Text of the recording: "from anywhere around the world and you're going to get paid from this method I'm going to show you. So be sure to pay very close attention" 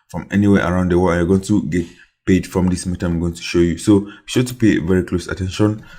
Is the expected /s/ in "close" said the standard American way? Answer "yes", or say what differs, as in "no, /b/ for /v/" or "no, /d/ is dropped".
yes